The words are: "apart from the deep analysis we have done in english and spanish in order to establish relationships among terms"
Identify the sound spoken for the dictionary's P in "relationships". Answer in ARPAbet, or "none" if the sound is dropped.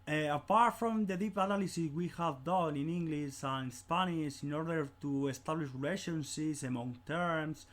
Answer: none